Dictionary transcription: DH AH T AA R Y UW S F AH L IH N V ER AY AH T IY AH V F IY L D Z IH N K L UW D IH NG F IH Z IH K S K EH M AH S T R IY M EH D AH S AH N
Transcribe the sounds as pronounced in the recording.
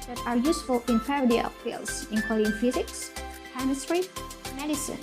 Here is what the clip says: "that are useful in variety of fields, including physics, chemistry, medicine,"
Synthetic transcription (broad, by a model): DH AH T AA R Y UW S F AH L IH N P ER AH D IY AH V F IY L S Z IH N K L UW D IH NG F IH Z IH K S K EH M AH S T R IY M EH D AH S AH N